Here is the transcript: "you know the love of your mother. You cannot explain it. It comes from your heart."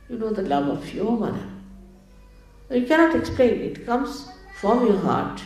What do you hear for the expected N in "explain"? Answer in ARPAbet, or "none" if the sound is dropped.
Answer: none